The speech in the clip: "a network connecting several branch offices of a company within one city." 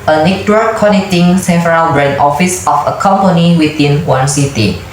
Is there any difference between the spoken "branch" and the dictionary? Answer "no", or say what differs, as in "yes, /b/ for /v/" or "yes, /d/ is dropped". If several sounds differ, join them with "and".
yes, /tʃ/ is dropped